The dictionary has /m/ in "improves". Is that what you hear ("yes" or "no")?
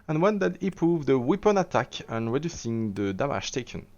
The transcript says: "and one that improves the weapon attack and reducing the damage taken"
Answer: no